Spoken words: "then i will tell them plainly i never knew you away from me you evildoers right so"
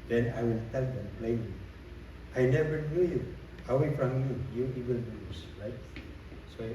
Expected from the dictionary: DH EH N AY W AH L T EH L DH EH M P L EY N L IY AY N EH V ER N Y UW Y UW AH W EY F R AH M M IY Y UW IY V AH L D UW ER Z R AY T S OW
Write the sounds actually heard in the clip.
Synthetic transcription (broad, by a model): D EH N AY W AH L T EH L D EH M P L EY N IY AY N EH V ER N Y UW Y UW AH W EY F R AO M M IY Y UW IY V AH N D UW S R AY T S OW